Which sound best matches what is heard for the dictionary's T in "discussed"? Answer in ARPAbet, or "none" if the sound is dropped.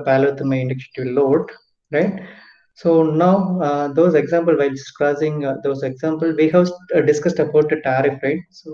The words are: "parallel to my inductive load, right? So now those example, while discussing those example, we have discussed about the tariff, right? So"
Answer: T